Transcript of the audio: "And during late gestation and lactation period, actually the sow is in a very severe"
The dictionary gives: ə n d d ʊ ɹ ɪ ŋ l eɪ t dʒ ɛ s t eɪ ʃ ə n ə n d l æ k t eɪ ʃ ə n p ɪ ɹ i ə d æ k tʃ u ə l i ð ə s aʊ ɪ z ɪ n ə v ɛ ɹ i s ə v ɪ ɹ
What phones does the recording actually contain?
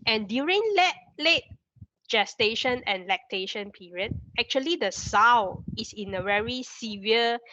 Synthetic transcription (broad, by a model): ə n d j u ɹ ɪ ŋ l eɪ t dʒ ɛ s t eɪ ʃ ə n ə n l æ k t eɪ ʃ ə n p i ɹ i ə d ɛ k tʃ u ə l i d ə s aʊ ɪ s ɪ n ə v ɛ ɹ i s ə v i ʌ